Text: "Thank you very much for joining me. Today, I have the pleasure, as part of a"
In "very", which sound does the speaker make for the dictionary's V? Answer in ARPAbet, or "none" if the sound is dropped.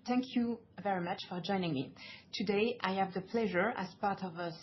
V